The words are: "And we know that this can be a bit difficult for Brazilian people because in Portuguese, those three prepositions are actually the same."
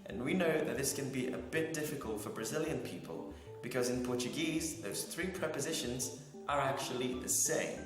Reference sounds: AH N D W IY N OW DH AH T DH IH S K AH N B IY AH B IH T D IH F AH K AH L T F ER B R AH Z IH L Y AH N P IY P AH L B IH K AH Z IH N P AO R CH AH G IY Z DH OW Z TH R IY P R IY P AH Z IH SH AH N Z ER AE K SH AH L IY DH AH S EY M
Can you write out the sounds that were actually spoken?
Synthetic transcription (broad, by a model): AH N W IY N OW DH AH T DH IH S K AH N B IY AH B IH T D IH F AH K AH L T F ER B R AH Z IH L Y AH N P IY P AH L B IH K AH Z IH N P AO R CH AH G IY Z DH OW Z TH R IY P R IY P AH Z IH SH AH N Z ER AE K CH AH L IY DH AH S EY M